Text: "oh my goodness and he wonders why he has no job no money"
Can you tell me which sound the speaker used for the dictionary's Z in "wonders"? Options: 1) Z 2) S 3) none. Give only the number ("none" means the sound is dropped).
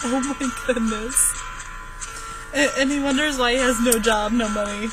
1